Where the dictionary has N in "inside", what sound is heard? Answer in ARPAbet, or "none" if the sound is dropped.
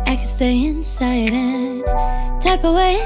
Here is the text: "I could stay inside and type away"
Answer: N